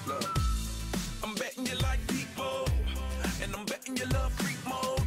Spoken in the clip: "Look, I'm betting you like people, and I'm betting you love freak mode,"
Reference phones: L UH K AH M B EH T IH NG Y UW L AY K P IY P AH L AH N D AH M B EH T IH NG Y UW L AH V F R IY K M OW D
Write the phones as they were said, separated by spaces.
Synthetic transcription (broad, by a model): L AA AH M B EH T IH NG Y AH L AY K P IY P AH N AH AH M B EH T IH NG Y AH L AH V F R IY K M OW